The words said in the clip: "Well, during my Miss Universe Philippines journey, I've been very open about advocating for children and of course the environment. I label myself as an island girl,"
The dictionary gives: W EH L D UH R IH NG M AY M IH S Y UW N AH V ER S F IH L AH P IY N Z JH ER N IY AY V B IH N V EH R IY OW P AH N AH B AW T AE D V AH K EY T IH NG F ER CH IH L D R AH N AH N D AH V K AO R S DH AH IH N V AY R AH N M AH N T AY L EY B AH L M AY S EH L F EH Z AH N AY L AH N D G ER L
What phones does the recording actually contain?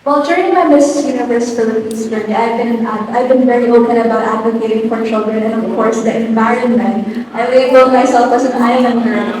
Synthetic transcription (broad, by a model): W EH L D UH R IH NG M AY M IH S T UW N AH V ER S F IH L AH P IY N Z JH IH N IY AY V B IH N V EH R IY OW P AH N AH B AW T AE D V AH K EY T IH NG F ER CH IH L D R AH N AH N AH V K AO R S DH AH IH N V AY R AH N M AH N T AY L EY AH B M AY S EH L F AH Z AH N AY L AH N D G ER